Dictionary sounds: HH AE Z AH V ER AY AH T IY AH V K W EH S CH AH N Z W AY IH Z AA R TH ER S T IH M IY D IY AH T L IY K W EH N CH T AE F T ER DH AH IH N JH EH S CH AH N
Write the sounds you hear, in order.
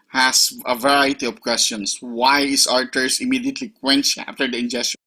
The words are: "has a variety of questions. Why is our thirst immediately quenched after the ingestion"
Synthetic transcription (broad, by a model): HH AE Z AH V ER AY AH T IY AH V K W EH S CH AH N S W AY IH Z AA R T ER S IH M IY D IY AH T L IY K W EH N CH AE F T ER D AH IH N JH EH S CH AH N